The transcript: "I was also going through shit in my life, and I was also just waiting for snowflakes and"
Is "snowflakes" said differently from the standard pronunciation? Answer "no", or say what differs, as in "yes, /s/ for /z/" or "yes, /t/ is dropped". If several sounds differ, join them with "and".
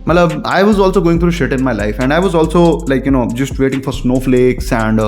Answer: no